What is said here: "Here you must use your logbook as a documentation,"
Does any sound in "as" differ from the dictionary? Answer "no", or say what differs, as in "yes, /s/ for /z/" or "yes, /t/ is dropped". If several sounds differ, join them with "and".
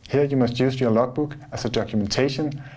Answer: yes, /s/ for /z/